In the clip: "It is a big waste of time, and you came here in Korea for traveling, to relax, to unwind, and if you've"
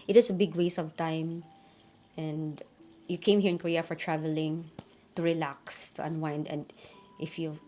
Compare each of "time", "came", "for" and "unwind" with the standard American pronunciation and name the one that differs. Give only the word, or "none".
none